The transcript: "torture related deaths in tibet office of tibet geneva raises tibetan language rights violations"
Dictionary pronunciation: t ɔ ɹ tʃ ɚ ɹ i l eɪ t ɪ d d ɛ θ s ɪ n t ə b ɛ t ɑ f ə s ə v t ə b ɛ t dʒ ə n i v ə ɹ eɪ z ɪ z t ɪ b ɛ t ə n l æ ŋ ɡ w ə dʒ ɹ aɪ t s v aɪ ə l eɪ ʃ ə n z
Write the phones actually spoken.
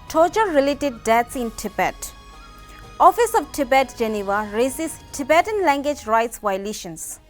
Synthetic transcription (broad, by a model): t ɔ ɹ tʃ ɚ ɹ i l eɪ t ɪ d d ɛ t s ɪ n t ə b ɛ t ɑ f ə s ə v t ə b ɛ t dʒ ə n i v ə ɹ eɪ s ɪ s t ɪ b ɛ t ə n l æ ŋ ɡ w ə dʒ ɹ aɪ t s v aɪ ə l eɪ ʃ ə n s